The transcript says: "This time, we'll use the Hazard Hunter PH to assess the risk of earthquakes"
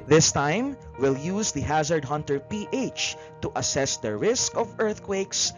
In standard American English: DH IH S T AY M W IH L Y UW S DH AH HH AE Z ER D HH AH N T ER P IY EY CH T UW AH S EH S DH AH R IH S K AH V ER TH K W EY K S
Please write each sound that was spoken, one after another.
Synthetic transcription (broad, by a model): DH IH S T AY M W IH L Y UW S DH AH HH AE Z ER D HH AH N T ER P IY EY CH T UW AH S EH S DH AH R IH S K AH V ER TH K W EY K S